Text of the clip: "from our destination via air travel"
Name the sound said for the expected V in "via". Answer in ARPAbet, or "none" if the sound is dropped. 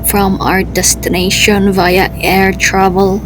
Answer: V